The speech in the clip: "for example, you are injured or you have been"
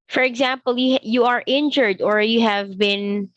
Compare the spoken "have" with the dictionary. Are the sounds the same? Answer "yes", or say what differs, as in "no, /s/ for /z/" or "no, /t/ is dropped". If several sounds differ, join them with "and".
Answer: yes